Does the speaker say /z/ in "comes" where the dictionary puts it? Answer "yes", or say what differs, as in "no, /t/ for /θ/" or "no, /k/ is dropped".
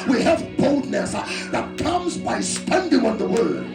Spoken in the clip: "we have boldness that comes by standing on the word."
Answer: yes